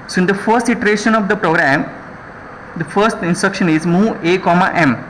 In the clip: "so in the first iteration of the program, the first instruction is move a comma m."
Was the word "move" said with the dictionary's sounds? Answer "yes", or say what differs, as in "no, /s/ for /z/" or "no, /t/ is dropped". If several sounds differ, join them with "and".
no, /v/ is dropped